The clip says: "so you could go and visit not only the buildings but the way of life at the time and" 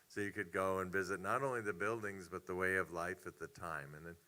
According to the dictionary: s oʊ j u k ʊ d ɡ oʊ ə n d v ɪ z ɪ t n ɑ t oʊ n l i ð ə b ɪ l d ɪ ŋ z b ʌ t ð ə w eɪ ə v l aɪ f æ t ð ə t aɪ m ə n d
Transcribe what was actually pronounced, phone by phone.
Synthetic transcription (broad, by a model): s oʊ j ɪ k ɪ d ɡ oʊ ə n v ɪ z ɪ t n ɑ t oʊ n l i ð ə b ɪ l d ɪ ŋ z b ʌ t ð ə w eɪ ə v l aɪ f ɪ t ð ə t aɪ m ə n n